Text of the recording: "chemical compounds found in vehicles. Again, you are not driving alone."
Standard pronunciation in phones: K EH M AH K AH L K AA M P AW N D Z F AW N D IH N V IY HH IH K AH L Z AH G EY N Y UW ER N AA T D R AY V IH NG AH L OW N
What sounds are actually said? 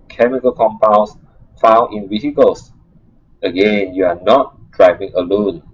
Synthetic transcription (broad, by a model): K EH M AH K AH L K AA M P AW N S F AW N IH N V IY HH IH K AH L S AH G EY N Y UW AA N AA T D R AY V IH NG AH L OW N